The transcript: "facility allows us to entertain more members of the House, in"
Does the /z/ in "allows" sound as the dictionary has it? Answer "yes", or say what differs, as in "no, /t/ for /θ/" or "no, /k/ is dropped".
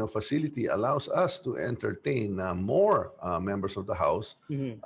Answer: no, /s/ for /z/